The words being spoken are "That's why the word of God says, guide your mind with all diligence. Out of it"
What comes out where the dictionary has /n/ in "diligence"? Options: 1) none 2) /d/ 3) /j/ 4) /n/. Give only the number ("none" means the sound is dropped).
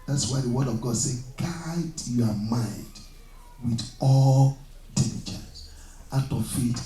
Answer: 1